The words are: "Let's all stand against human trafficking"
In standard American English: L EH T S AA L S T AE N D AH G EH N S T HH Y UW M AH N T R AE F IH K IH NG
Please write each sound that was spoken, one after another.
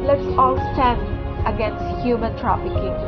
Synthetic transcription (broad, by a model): L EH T S AA L S T AE N D AH G EH N S T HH Y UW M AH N T R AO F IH K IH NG